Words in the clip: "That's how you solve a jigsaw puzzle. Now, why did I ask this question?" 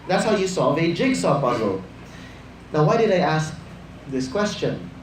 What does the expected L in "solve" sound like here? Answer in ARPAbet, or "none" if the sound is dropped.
none